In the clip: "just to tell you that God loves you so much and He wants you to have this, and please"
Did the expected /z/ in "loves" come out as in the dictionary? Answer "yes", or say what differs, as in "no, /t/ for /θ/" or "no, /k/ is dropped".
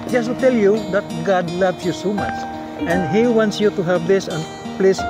no, /s/ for /z/